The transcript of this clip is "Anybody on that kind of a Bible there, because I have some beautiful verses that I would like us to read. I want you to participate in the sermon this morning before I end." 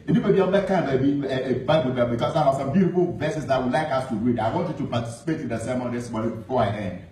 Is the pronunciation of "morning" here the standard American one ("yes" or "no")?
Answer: no